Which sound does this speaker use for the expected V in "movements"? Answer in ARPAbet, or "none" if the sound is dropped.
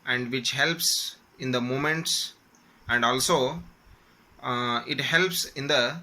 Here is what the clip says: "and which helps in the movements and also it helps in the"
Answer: none